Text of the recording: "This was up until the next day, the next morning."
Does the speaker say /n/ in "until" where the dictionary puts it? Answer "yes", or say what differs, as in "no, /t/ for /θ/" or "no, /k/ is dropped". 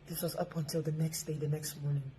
yes